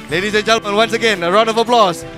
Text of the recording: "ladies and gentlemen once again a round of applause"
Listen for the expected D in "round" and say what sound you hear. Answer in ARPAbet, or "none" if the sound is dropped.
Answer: none